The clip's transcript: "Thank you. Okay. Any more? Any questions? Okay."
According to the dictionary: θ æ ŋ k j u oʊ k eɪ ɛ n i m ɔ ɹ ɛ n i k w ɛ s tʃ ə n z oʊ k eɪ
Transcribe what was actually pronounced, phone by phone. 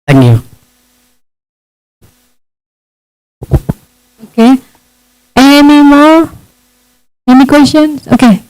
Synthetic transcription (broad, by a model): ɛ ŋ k j u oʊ k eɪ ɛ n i m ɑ w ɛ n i k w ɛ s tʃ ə n s oʊ k eɪ